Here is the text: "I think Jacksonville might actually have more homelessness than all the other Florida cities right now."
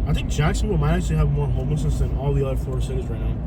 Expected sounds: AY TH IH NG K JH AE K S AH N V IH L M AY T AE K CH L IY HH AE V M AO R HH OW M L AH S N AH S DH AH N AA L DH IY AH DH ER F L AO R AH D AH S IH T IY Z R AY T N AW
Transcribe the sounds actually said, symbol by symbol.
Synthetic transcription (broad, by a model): AY TH IH NG K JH AE K S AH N W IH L M AY T AE K CH L IY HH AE V M AO R HH OW M L AH S N AH S DH AH N AA L DH IY AH DH ER F AO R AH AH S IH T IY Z R AY T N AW